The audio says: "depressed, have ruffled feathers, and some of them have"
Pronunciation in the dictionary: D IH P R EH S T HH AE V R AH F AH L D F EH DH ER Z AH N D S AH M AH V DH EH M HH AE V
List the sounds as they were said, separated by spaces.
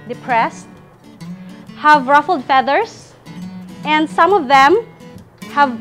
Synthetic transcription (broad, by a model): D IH P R EH S T HH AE V R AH F L D F EH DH ER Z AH N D S AH M AH V DH EH M HH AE V